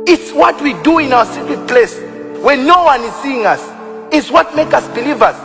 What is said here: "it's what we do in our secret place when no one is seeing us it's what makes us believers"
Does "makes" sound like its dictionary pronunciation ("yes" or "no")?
no